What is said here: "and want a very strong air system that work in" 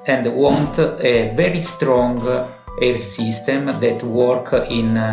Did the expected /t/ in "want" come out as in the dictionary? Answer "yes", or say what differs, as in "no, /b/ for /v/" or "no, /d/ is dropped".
yes